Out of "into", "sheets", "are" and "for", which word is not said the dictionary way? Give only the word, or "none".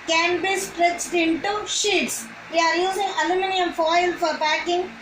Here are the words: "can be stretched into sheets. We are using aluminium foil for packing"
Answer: none